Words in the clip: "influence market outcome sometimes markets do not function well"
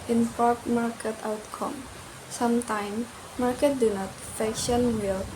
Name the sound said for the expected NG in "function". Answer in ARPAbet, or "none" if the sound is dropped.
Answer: none